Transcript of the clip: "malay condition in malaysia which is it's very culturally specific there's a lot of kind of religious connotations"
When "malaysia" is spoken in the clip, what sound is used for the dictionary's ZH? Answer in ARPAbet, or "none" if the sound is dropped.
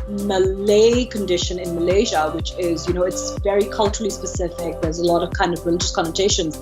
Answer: ZH